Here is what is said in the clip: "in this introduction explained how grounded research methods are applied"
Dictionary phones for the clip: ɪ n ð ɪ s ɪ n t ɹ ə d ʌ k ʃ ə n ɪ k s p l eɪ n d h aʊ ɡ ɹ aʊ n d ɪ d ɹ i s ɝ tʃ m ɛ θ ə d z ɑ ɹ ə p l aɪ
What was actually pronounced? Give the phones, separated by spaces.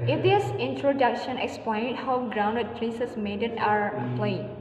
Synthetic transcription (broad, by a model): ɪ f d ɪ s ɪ n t ɹ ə d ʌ k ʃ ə n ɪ k s p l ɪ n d h aʊ ɡ ɹ aʊ n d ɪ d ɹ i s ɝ s m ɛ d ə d ɑ ɹ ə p l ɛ